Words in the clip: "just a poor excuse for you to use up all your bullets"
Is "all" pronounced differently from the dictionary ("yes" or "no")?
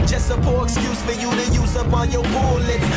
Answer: yes